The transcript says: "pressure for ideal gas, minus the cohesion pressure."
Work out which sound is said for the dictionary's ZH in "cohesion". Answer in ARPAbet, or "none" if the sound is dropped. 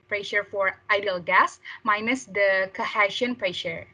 SH